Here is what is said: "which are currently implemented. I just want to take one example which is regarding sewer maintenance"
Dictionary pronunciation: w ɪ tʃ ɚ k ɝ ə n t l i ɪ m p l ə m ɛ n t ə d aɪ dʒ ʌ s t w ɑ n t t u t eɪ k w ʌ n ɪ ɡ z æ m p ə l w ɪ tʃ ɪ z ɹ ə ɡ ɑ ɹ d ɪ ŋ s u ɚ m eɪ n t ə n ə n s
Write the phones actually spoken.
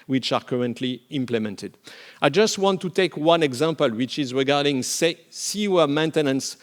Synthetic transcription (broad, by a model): w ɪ tʃ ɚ k ɝ ə n t l i ɪ m p l ə m ɛ n t ə d aɪ dʒ ʌ s t w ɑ n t t u t eɪ k w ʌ n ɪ ɡ z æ m p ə l w ɪ tʃ ɪ z ɹ ə ɡ ɑ ɹ d ɪ ŋ s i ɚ m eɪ n t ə n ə n s